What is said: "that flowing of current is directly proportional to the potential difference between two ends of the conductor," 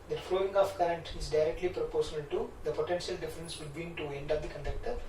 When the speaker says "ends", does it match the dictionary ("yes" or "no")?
no